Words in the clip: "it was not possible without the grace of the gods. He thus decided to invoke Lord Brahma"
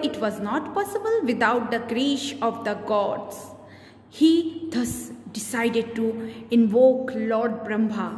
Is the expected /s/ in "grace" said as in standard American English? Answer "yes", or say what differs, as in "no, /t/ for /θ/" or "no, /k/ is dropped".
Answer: no, /ʃ/ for /s/